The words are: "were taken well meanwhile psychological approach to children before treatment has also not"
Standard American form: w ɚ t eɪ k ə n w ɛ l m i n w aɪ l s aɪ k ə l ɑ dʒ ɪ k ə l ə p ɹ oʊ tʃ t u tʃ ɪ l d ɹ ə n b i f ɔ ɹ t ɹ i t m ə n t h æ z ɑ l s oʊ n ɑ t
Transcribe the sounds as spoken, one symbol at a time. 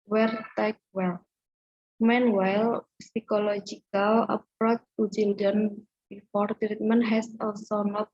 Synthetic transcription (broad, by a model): w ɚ t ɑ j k w ɛ l m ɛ n w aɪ l s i k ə l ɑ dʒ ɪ k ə l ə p ɹ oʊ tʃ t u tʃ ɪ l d ə n b i f ɔ ɹ t ɹ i t m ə n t h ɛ s ɑ l s oʊ n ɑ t